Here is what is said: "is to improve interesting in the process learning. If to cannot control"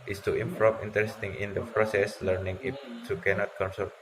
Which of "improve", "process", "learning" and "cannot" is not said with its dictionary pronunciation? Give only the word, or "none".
improve